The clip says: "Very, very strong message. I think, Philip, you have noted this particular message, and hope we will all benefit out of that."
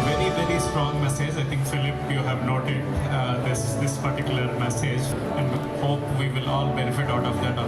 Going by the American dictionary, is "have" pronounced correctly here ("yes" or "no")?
yes